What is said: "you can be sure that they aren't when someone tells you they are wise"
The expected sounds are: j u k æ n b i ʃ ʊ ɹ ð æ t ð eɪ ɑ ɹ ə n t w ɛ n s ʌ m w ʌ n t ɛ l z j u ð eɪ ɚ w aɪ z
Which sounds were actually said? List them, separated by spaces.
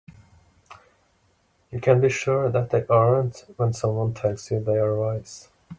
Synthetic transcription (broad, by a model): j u k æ n b i ʃ ʊ ɹ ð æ t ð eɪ ɑ ɹ ə n t w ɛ n s ʌ m w ʌ n t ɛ l s j u ð eɪ ɚ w aɪ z